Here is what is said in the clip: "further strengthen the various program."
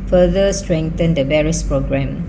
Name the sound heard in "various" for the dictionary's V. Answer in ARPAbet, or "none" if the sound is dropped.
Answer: B